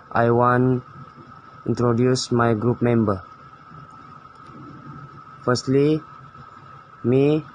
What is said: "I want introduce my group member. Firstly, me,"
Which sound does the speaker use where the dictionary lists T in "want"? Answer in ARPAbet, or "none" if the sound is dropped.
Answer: none